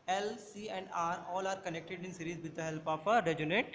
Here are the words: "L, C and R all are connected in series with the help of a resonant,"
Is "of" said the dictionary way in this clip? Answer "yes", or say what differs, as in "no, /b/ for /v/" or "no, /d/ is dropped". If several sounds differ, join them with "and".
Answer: no, /p/ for /v/